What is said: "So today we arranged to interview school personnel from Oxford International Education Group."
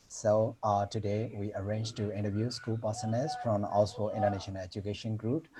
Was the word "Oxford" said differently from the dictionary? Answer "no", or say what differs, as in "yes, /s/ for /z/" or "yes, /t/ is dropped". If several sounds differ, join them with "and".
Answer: yes, /k/ is dropped and /d/ is dropped